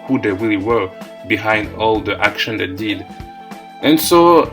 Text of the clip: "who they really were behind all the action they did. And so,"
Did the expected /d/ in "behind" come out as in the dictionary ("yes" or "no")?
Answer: yes